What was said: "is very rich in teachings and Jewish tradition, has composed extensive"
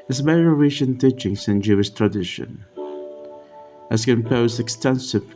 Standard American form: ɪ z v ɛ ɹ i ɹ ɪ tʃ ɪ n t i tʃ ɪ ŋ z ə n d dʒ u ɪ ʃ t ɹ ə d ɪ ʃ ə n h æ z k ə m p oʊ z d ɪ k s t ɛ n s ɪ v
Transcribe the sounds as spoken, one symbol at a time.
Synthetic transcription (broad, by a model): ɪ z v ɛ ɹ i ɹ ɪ ʃ ɪ n t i tʃ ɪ ŋ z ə n dʒ u ɪ ʃ t ɹ ə d ɪ ʃ ə n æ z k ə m p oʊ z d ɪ k s t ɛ n s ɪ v